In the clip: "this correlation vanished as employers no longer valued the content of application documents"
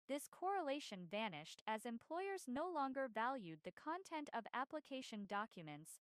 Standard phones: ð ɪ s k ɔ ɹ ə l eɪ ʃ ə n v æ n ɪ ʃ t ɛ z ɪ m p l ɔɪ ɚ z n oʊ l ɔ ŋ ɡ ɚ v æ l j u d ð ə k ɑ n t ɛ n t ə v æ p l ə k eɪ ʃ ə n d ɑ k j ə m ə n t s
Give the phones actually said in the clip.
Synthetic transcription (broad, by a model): ð ɪ s k ɔ ɹ ə l eɪ ʃ ə n v æ n ɪ ʃ t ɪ z ɪ m p l ɔɪ ɚ z n oʊ l ɔ ŋ ɡ ɚ v æ l j u d ð ə k ɑ n t ɛ n t ə v æ p l ə k eɪ ʃ ə n d ɑ k j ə m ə n t s